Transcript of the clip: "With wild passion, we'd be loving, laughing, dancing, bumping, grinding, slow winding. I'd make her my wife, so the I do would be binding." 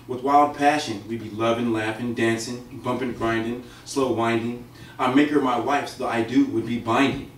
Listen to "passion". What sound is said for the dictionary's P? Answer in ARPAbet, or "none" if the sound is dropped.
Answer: P